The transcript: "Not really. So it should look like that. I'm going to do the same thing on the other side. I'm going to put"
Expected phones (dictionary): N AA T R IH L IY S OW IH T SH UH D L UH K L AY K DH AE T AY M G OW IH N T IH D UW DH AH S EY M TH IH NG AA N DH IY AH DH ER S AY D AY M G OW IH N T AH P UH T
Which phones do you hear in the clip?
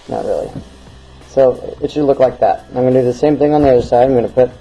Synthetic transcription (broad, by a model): N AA T R IH L IY S OW IH T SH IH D L UH K L AY K DH AE T AY M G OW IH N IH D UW DH AH S EY M TH IH NG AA N DH IY AH DH ER S AY D AY M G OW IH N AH P UH T